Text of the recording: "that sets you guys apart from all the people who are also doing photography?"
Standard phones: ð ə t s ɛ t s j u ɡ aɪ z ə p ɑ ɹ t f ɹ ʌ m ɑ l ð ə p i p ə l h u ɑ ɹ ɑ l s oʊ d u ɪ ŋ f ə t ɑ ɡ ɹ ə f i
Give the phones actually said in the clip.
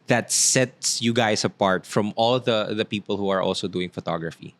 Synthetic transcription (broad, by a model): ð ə t s ɛ t s j u ɡ aɪ s ə p ɑ ɹ t f ɹ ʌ m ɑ l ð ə p i p ə l h u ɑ ɹ ɑ l s oʊ d u ɪ ŋ f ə t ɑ ɡ ɹ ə f i